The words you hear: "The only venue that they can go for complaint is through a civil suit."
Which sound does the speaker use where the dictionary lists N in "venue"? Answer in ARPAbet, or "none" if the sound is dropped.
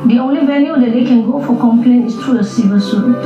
L